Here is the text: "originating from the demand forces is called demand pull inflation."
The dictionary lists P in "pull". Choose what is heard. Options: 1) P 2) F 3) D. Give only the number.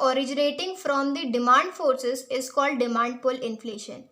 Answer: 1